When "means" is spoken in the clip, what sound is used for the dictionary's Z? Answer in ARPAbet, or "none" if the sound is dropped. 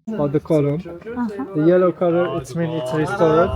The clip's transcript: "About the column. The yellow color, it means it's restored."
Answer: none